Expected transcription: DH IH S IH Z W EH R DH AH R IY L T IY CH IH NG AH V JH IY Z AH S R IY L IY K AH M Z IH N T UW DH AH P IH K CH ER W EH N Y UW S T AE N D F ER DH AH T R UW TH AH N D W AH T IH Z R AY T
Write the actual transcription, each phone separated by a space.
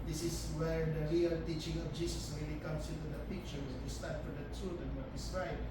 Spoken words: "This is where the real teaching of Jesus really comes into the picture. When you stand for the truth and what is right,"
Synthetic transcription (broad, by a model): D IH S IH S W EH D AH R IY L T IY CH IH NG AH F JH IY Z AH S R IY L IY K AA M S IH N T UW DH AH P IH K CH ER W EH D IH S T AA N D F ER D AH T UW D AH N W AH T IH S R AY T